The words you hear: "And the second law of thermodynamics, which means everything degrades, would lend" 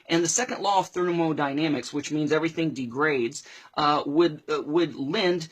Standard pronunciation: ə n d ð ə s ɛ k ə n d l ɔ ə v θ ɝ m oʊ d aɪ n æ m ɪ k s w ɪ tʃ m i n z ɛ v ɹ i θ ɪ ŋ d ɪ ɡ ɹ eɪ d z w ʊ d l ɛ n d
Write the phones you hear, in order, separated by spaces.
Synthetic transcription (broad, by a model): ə n ð ə s ɛ k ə n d l ɔ ə v θ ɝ m oʊ d aɪ n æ m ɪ k s w ɪ tʃ m i n z ɛ v ɹ i θ ɪ ŋ d ɪ ɡ ɹ eɪ d z w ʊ d l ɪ n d